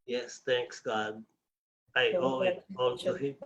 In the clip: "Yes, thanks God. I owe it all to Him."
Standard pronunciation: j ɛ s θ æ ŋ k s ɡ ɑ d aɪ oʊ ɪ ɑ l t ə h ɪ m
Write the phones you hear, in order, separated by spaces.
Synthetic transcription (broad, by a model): j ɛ s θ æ ŋ k s ɡ ɑ d aɪ oʊ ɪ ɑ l s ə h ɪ